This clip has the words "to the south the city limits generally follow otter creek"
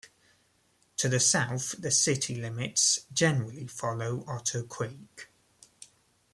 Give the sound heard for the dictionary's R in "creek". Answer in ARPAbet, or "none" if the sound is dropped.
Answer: W